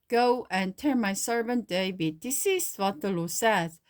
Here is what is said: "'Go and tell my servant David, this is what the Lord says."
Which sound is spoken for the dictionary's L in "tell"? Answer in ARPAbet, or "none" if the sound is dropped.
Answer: N